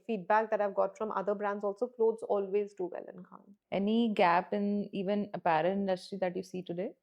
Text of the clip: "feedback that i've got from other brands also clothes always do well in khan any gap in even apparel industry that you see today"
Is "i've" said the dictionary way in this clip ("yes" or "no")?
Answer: yes